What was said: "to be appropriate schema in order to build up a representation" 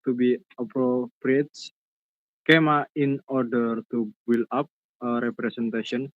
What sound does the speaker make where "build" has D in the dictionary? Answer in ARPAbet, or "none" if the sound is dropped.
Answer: none